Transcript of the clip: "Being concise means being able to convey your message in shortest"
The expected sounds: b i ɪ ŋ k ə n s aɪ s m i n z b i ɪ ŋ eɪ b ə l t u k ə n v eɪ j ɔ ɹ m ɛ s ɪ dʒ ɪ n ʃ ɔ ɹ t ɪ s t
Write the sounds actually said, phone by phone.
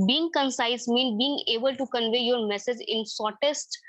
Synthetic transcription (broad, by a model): b i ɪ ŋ k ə n s aɪ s m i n b i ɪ ŋ eɪ b ə l t u k ə n v eɪ j ɔ ɹ m ɛ s ɪ dʒ ɪ n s ɔ ɹ t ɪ s t